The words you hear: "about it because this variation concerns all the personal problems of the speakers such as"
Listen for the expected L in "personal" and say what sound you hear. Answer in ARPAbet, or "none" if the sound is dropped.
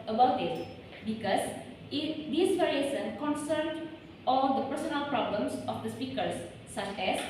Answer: L